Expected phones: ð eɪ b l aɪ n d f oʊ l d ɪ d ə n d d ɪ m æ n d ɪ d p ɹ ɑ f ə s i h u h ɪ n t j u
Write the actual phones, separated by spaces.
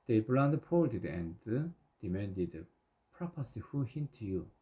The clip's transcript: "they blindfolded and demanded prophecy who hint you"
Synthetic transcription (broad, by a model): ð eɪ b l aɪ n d p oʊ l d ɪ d ə n d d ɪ m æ n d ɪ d p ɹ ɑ p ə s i h u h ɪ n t j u